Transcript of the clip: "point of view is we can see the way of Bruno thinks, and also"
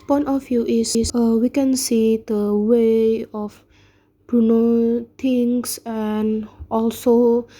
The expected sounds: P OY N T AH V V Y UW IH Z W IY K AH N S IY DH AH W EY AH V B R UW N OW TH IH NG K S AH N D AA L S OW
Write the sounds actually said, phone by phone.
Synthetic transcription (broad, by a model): P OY N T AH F Y UW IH S W IY K AH N S IY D AH W EY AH F B R UW N OW T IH NG S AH N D AA L S OW